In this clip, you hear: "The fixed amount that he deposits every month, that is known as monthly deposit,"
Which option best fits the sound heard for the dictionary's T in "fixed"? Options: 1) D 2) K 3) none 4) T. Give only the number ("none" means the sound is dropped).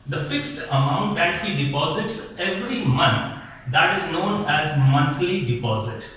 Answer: 4